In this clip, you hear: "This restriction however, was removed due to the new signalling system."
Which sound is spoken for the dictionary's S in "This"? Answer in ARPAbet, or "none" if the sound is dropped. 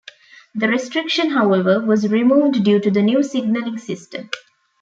none